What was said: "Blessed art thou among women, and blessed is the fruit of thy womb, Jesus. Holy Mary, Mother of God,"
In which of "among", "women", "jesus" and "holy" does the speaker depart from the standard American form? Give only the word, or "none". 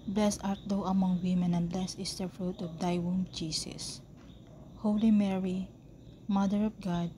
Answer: jesus